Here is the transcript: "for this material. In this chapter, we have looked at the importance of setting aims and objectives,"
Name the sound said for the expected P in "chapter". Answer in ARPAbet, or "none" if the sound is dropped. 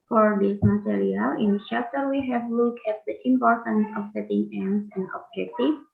F